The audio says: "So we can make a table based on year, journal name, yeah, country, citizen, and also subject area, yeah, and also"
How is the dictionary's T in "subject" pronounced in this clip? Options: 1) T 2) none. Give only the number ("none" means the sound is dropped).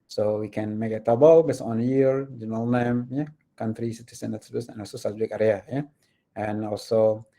2